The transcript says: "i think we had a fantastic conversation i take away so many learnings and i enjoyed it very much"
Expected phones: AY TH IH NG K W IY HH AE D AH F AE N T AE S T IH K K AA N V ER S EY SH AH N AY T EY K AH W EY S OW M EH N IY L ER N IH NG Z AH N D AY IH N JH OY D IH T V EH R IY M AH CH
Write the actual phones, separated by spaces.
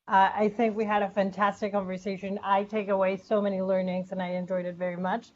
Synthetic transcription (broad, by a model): AY TH IH NG K W IY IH D AH F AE N T AE S T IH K K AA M V ER S EY SH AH N AY T EY K AH W EY S OW M EH N IY L ER N IH NG Z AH N AY IH N JH OY D IH T V EH R IY M AH CH